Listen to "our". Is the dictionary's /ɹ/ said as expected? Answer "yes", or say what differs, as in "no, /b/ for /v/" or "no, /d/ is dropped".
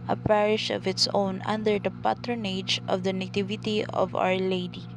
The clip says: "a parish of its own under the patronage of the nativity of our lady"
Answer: yes